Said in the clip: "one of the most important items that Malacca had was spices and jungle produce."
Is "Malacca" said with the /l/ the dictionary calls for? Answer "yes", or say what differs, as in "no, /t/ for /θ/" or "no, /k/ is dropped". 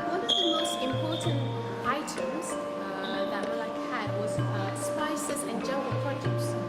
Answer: no, /l/ is dropped